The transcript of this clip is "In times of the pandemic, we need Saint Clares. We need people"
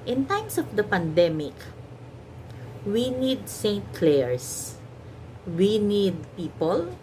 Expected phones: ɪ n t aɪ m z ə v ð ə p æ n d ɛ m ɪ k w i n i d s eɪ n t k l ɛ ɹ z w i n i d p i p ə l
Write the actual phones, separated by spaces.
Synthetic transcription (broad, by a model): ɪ n t aɪ m s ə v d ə p æ n d ɛ m ɪ k w i n i d s eɪ n t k l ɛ ɹ s w i n i d p i p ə l